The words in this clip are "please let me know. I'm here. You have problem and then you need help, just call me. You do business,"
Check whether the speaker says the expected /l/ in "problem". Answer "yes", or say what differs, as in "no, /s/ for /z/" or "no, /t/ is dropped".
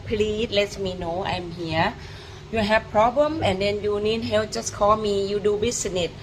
yes